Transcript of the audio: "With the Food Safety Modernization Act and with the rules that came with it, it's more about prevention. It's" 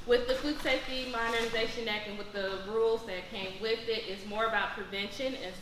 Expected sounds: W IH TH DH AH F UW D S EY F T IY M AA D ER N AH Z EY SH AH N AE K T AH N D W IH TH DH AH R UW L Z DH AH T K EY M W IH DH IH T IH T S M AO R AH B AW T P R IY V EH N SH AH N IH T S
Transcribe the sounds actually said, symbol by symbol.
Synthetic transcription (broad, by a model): W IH DH AH F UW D S EY F T IY M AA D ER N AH Z EY SH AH N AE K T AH N W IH DH AH R UW L Z DH AH T K EY M W IH DH IH T IH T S M AO R AH B AW T P R IY V EH N SH AH N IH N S